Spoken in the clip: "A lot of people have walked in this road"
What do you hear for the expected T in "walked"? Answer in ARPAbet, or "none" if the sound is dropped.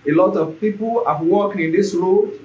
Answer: none